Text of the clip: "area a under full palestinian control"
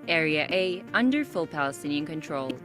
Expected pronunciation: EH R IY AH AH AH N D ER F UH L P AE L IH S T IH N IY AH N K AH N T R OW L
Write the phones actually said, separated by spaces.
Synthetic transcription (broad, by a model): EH R IY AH AH AH N D ER F UH L P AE L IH S T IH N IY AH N K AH N T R OW L